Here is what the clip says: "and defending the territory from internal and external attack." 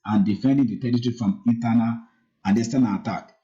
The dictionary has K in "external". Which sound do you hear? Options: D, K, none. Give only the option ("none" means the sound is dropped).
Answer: none